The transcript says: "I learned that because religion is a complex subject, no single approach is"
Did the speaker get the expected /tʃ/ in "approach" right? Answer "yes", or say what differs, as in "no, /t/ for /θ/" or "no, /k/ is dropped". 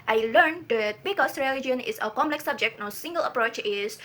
yes